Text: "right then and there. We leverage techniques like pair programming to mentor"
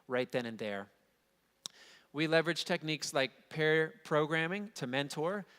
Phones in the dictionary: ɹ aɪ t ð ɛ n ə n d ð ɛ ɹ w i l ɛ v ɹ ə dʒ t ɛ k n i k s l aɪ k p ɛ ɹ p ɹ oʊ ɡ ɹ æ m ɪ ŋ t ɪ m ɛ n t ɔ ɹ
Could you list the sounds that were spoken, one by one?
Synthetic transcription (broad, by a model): ɹ aɪ t ð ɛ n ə n ð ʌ ɹ w i l ɛ v ɹ ə dʒ t ɛ k n i k s l aɪ k p ɛ ɹ p ɹ oʊ ɡ ɹ æ m ɪ ŋ t ɪ m ɛ n t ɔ ɹ